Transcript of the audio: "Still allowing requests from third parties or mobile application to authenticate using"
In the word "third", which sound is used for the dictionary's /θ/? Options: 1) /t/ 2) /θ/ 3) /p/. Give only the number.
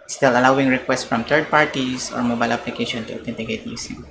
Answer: 1